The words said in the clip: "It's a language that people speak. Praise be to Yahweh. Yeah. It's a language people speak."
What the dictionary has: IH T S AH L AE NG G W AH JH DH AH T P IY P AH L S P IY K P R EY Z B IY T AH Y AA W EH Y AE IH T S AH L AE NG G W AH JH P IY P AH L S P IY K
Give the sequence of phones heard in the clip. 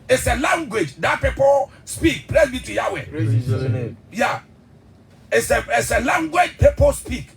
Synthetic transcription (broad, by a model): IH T S AH L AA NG G W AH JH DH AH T P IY P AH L S P IY K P L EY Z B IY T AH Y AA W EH Y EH IH T S AH L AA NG G W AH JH P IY P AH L S P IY K